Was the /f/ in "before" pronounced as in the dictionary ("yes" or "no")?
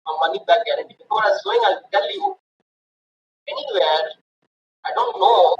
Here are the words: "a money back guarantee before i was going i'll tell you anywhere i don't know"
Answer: no